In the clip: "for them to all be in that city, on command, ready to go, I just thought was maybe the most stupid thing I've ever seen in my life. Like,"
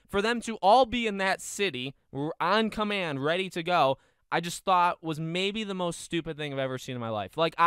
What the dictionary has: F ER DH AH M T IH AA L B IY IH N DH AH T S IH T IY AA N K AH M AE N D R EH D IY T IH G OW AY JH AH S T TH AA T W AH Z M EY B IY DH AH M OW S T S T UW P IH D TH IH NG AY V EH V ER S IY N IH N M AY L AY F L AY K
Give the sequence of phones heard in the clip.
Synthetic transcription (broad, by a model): F ER DH AH M T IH AA L B IY IH N DH AH T S IH T IY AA N K AH M AE N D R EH D IY T IH G OW AY JH AH S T TH AA T W AH Z M EY B IY DH AH M OW S T S T UW P IH D TH IH NG AY V EH V ER S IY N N M AY L AY F L AY K